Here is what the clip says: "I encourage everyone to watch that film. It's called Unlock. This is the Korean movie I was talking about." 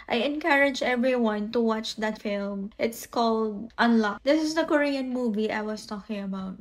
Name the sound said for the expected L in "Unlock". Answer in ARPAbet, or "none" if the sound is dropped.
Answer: L